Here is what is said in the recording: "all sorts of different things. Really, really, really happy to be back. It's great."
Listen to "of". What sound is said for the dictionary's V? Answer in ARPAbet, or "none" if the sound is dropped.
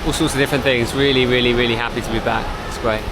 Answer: V